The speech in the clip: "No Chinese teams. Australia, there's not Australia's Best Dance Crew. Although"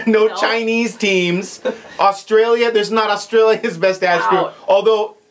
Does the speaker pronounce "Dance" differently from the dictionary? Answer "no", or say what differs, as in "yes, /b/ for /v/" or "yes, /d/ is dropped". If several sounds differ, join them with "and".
yes, /n/ is dropped